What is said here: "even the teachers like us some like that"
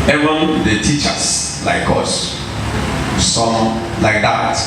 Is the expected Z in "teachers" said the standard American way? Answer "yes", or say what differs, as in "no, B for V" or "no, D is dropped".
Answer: no, S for Z